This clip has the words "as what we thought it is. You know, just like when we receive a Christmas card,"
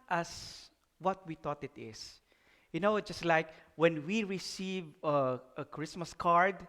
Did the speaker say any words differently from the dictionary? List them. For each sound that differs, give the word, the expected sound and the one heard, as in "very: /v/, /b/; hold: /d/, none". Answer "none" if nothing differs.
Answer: thought: /θ/, /t/; is: /z/, /s/